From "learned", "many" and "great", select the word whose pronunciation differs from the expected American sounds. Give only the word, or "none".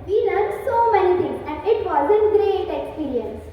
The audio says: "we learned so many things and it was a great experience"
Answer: learned